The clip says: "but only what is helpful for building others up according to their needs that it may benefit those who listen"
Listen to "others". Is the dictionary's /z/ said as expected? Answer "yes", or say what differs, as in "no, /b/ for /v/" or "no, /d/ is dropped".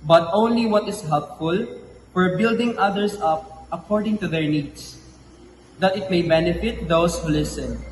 no, /s/ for /z/